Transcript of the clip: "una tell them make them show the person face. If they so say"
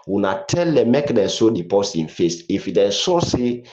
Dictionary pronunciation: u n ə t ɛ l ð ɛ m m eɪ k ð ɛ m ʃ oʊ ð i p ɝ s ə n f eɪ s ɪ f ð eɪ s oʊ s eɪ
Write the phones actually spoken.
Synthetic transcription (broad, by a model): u n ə t ɛ l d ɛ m m eɪ k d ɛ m s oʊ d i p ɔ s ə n f eɪ s ɪ f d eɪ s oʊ s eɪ